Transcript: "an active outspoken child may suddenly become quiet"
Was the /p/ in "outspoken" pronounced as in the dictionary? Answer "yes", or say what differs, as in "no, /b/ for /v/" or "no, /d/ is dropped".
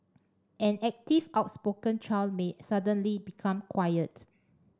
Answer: yes